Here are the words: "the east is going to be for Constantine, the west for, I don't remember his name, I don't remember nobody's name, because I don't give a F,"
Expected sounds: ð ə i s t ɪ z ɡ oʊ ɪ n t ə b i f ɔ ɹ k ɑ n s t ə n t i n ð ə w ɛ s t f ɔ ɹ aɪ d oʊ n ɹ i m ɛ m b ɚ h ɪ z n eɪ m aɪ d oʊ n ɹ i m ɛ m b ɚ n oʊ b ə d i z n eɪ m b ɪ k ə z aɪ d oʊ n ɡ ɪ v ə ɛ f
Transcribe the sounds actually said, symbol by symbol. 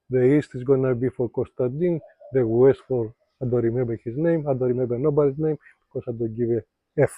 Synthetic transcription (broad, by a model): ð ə i s t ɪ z ɡ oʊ n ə b i f ɔ ɹ k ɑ s t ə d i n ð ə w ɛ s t f ɔ ɹ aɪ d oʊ ɹ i m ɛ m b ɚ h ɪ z n eɪ m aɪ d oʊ ɹ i m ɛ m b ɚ n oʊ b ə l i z n eɪ m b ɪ k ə s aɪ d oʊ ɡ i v ə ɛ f